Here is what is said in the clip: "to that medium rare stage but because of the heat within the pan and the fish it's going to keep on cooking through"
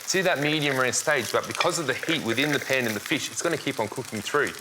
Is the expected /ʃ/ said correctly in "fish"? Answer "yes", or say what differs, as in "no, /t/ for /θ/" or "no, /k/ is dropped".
yes